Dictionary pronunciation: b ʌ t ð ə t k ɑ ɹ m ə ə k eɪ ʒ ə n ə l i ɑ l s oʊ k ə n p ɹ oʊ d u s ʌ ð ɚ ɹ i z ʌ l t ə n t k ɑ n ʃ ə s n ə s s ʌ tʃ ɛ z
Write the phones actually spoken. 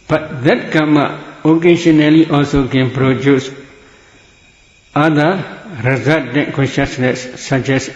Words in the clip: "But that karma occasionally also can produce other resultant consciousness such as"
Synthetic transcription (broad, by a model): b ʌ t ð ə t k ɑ m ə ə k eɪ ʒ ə n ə l i ɑ l s oʊ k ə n p ɹ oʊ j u s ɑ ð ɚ ɹ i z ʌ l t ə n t k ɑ n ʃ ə s n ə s s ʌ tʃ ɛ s